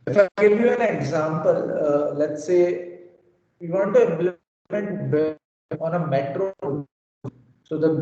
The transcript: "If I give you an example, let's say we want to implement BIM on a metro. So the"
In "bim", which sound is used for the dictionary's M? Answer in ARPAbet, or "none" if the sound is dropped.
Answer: none